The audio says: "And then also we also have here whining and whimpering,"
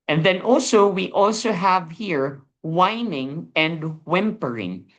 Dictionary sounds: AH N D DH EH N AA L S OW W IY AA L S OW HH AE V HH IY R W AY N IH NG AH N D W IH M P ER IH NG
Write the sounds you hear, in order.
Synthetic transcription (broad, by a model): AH N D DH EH N AA L S OW W IY AA L S OW HH AE V HH IY R W AY N IH NG AH N D W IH M P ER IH NG